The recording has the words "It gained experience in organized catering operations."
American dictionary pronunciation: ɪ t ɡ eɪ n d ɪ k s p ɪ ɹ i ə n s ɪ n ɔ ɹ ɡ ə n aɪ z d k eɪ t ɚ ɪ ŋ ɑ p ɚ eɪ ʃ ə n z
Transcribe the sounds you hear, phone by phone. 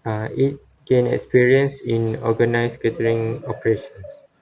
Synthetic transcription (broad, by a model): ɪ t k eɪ n ɪ k s p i ɹ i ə n s ɪ n ɔ ɡ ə n aɪ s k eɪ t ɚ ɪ ŋ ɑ p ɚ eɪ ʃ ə n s